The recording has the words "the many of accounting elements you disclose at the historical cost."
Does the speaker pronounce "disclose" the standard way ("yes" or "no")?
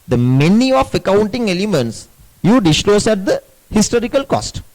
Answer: no